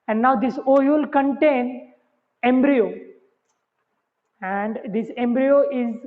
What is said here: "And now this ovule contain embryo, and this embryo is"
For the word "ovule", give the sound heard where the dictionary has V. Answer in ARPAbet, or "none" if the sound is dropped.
none